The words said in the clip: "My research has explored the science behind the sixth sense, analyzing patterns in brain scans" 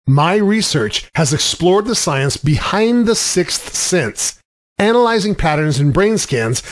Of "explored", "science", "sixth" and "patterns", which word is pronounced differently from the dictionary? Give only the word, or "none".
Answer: none